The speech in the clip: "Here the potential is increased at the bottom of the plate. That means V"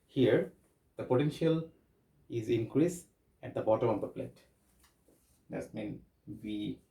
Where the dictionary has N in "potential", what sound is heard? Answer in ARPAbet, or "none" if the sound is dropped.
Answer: N